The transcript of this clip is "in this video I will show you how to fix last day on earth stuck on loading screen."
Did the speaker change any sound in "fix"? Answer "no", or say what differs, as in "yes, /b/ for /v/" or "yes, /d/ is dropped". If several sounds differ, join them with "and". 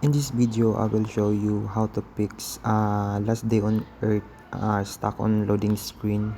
yes, /p/ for /f/